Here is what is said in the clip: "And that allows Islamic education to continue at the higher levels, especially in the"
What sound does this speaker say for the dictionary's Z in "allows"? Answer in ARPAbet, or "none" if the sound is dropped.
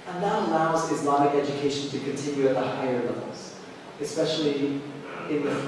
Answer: Z